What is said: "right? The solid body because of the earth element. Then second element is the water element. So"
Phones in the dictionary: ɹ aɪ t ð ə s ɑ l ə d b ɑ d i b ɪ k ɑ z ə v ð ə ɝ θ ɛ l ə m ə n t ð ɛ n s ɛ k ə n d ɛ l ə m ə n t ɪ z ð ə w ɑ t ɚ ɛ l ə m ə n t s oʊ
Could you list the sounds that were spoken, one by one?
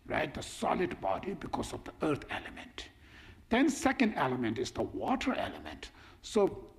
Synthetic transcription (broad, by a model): ɹ aɪ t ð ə s ɑ l ə d b ɑ d i b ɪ k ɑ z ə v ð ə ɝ t ɛ l ə m ə n t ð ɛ n s ɛ k ə n d ɛ l ə m ə n t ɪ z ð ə w ɑ t ɚ ɛ l ə m ə n t s oʊ